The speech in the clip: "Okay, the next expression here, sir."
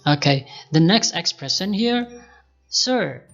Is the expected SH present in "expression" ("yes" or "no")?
no